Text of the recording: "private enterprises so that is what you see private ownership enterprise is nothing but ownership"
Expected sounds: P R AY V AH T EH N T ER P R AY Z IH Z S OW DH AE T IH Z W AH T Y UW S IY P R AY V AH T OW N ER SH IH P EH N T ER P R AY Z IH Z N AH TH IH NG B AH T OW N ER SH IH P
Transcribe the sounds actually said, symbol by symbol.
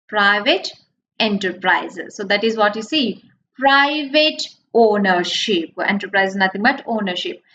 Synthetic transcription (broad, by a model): P R AY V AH T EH N T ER P R AY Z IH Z S OW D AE T IH Z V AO T Y UW S IY P R AY V AH T OW N ER SH IH P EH N T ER P R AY IH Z N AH T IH NG B AH T OW N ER SH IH P